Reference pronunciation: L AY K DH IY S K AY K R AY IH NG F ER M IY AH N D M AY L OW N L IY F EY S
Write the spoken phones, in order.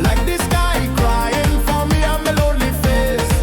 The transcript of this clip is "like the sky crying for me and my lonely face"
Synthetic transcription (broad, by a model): L AY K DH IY S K AY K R AY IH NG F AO M IY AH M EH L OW L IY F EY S